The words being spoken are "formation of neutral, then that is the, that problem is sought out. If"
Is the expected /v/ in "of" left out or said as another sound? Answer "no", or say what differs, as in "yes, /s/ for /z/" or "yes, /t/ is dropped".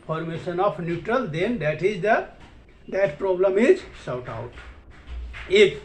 yes, /p/ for /v/